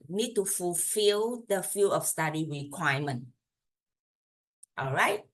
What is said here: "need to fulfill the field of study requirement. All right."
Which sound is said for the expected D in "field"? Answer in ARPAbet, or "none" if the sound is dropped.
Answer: none